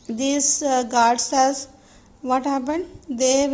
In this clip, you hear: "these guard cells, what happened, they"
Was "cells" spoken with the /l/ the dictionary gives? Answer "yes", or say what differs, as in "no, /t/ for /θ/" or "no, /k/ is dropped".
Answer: no, /l/ is dropped